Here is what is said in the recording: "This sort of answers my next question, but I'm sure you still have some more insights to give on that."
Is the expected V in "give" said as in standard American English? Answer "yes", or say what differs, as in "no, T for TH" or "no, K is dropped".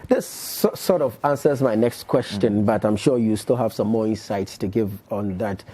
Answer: yes